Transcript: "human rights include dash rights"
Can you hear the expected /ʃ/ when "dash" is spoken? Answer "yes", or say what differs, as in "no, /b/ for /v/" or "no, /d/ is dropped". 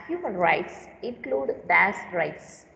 no, /s/ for /ʃ/